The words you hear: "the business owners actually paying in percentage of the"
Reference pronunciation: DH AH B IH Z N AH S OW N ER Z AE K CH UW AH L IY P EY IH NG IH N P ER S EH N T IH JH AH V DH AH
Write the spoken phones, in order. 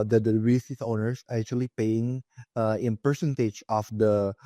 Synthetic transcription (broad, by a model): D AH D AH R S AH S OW N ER S AE K CH UW AH L IY P EY IH NG IH N P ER S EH N T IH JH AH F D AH